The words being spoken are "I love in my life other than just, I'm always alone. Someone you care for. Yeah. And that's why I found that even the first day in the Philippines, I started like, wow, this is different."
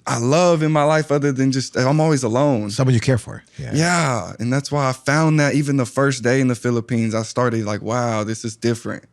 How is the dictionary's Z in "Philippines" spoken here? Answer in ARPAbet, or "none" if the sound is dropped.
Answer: Z